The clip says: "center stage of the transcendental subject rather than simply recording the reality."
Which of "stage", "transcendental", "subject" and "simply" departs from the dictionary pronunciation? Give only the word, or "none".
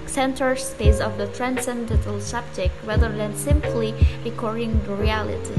stage